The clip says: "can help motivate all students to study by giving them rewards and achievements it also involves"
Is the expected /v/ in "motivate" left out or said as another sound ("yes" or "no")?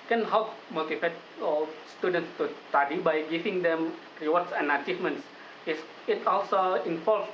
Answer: yes